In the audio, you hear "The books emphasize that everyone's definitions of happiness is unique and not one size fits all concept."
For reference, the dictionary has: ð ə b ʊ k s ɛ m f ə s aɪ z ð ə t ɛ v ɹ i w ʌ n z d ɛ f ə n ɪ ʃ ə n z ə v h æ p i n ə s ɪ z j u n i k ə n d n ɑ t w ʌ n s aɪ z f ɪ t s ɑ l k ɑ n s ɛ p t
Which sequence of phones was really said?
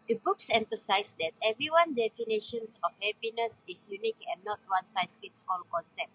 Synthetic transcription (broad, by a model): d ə b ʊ k s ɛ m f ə s aɪ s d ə t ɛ v ɹ i w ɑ n d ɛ f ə n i ʃ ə n s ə f h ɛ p i n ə s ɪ s j u n i k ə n n ɑ t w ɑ n s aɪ s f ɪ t s ɑ l k ɑ n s ɛ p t